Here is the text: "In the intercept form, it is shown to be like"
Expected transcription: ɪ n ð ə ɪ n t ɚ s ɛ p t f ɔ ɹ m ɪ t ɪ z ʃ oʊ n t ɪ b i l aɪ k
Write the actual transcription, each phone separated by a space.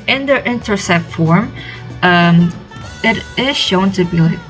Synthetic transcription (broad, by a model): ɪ n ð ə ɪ n t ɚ s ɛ t f ɔ ɹ m ɪ t ɪ z ʃ oʊ n t ɪ b i l aɪ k